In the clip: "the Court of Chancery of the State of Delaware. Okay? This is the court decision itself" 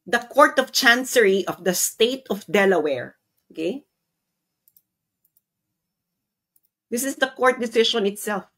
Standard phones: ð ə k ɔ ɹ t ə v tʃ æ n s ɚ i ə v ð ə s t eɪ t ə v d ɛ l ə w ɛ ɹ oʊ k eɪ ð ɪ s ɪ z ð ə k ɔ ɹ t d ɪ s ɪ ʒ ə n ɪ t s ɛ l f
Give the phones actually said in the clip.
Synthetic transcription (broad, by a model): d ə k ɔ ɹ t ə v tʃ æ n s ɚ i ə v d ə s t eɪ t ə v d ɛ l ə w ɛ ɹ oʊ k eɪ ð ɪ s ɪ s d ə k ɔ ɹ t d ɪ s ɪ ʃ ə n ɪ t s ɛ l f